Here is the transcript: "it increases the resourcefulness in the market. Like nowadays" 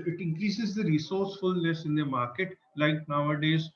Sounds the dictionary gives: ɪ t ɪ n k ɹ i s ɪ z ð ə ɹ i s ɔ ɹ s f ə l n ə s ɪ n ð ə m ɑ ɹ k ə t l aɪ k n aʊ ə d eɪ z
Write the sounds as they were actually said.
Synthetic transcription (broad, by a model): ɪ t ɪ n k ɹ i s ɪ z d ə ɹ i s ɔ ɹ s f ə l n ə s ɪ n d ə m ɑ ɹ k ə t l aɪ k n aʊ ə d eɪ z